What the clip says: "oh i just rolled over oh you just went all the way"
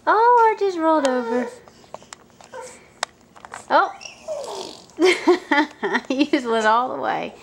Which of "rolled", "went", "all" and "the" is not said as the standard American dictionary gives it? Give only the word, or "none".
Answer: went